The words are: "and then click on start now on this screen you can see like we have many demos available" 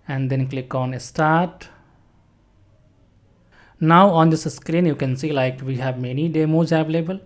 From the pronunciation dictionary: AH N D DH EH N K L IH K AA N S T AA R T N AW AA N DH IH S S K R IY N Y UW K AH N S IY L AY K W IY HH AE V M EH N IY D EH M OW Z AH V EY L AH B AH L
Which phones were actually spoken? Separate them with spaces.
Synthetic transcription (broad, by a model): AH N D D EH N K L IH K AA N S T AA R T N AW AA N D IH S S K R IY N Y UW K AH N S IY L AY K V IY HH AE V M EH N IY D EH M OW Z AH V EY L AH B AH L